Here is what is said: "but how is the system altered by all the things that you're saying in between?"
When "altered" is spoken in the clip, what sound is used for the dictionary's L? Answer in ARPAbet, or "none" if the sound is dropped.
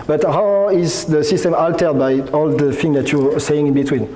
L